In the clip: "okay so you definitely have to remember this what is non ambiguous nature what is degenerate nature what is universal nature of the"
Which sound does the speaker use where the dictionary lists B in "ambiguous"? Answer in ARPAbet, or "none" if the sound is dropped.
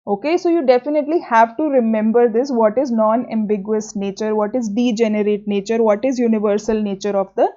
B